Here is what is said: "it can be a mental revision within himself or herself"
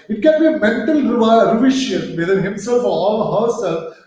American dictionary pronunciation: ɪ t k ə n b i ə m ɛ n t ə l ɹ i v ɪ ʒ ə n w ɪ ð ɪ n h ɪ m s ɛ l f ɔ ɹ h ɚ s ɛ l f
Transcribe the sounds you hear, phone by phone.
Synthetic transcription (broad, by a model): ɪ t k ə n b i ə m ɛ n t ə l ɹ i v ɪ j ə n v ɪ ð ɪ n h ɪ m s ɛ l f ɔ l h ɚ s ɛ l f